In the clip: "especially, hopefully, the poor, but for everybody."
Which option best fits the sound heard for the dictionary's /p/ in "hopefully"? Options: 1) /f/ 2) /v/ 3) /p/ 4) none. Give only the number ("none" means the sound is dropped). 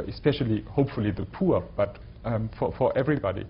3